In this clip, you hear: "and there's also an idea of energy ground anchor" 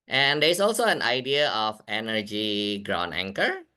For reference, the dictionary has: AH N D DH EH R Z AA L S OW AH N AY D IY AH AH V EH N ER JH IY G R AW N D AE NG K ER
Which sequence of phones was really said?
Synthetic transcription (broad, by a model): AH N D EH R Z AA L S OW AH N AY D IY AH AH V EH N ER JH IY G R AW N AE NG K ER